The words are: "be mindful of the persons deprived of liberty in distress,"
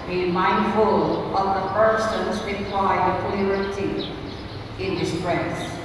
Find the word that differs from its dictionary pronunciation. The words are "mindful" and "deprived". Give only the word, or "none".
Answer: deprived